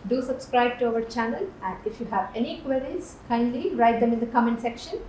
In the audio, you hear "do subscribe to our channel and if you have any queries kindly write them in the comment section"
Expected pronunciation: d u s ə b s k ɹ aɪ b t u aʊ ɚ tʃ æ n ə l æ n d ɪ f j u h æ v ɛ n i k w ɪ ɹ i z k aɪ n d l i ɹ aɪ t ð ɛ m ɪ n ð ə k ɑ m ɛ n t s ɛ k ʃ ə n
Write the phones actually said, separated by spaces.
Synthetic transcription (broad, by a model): d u s ə b s k ɹ aɪ b t u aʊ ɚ tʃ æ n ə l æ n d ɪ f j u h æ v ɛ n i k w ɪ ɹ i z k aɪ n d l i ɹ aɪ t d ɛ m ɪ n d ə k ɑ m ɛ n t s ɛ k ʃ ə n